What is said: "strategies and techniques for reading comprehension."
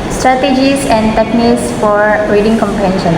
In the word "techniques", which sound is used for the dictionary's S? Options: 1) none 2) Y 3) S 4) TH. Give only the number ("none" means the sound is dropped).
3